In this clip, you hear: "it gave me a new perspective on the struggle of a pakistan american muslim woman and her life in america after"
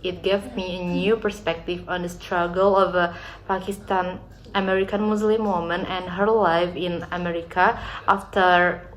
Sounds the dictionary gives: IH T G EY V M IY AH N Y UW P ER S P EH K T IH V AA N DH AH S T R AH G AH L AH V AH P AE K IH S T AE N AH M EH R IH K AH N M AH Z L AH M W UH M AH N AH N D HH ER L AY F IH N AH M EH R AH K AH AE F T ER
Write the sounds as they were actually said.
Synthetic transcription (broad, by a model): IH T G EY V M IY AH N Y UW P ER S P EH K T IH V AA N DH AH S T R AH G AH L AH V AH P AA K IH S T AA N AH M EH R IH K AH N M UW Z L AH M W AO M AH N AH N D HH ER L AY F IH N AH M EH R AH K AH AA F T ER